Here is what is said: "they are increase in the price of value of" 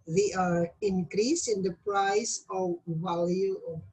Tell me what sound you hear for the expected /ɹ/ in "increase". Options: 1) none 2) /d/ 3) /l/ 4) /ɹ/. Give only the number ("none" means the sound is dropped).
4